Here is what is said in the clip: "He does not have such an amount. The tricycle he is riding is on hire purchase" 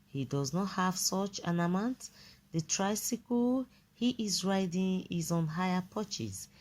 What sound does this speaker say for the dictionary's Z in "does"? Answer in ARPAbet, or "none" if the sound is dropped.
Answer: Z